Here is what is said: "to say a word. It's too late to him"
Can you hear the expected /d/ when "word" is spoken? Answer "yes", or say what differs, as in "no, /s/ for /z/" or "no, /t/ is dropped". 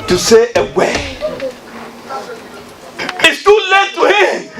no, /d/ is dropped